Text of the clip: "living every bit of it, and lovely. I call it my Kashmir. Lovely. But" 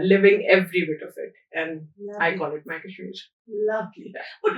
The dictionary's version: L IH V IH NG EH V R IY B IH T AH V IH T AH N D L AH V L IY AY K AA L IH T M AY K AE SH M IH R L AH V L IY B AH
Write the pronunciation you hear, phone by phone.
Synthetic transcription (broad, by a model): L IH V IH NG EH V R IY B IH T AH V IH T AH N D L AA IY K AA L IH T M AY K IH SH IH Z L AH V L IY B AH